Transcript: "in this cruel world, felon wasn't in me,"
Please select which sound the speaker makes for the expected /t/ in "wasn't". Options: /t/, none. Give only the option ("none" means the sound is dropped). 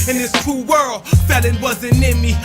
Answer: none